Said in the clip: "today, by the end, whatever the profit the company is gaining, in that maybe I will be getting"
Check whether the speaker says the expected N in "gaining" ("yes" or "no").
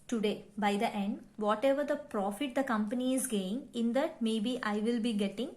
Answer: no